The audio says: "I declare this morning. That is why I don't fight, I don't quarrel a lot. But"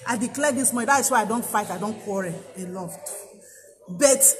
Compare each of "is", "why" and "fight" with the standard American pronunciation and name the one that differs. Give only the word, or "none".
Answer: is